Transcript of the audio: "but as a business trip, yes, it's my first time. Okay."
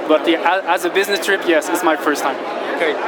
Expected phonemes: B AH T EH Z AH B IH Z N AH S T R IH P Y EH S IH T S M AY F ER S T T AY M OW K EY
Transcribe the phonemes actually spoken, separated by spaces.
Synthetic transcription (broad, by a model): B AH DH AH Z AH B IH Z N AH S T R IH P Y EH S IH T S M AY F ER S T T AY M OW K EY